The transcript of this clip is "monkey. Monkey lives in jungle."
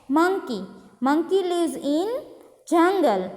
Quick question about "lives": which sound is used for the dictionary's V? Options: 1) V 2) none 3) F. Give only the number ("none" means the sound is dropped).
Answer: 2